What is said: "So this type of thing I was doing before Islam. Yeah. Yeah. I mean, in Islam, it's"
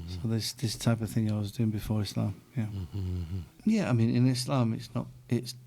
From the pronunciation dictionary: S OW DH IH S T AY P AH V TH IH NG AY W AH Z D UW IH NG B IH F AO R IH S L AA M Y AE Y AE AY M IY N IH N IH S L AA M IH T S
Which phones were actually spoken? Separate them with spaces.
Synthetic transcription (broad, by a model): S OW DH IH S T AY P AH V TH IH NG AY W AH Z D UW IH NG B IH F AO R IH S L AA M Y AE Y AE AY M IY N IH N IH S L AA M IH T S